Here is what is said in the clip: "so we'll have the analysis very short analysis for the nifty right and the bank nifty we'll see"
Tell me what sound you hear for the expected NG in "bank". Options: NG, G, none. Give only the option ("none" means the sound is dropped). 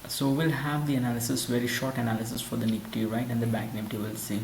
none